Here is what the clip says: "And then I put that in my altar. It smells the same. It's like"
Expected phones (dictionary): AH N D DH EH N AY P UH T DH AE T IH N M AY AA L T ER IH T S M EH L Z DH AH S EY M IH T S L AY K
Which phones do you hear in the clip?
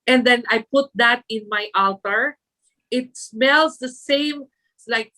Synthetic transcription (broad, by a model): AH N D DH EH N AY P UH T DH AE T IH N M AY AA L T ER IH T S M EH L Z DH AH S EY IH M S L AY K